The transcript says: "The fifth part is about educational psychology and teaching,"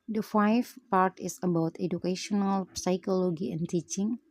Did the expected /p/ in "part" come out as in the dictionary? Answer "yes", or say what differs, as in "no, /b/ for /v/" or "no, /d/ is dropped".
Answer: yes